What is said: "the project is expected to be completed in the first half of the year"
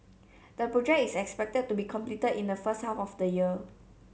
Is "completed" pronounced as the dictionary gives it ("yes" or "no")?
yes